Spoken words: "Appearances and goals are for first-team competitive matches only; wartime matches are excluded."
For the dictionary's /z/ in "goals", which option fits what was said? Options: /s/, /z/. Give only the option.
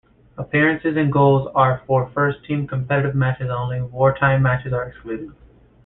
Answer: /z/